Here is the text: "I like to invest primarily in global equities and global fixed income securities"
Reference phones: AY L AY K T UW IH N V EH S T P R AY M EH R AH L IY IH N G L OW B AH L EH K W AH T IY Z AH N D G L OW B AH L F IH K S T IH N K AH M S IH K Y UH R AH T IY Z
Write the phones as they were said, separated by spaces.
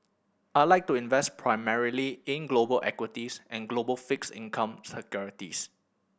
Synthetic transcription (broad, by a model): AY L AY K T UW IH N V EH S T P R AY M EH R AH L IY IH N G L OW B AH L EH K W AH T IY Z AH N G L OW B AH L F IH K S IH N K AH M S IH K Y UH R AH T IY S